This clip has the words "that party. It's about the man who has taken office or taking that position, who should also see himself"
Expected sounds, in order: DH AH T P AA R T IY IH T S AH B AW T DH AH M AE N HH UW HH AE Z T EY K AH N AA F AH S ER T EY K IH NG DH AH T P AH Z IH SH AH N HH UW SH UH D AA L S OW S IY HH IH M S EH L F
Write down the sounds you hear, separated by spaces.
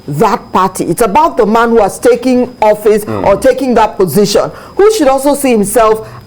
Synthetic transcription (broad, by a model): DH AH T P AA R T IY IH T S AH B AW T DH AH M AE N HH UW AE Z T EY K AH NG AA F AH S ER T EY K IH NG DH AH T P AH Z IH SH AH N HH UW SH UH D AA L S OW S IY HH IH M S EH L F